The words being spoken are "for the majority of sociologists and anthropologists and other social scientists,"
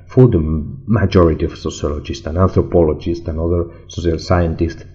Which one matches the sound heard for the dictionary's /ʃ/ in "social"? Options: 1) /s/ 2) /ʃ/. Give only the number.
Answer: 1